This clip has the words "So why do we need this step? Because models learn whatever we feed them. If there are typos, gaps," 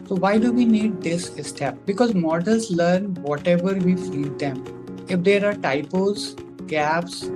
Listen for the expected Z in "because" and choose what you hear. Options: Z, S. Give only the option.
Z